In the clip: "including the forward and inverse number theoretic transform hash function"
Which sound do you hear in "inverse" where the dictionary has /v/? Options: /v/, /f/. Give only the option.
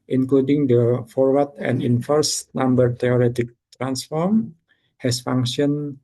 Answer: /f/